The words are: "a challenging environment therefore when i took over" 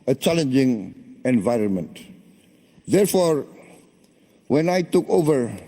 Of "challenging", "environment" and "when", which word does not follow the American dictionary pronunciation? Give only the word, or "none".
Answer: none